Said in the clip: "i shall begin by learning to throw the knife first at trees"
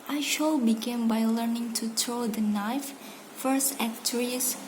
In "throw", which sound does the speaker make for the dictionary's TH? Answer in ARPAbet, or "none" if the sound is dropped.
T